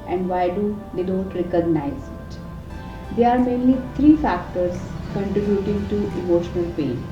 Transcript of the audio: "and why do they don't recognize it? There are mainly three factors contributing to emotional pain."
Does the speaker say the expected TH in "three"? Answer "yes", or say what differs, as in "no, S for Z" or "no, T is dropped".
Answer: no, T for TH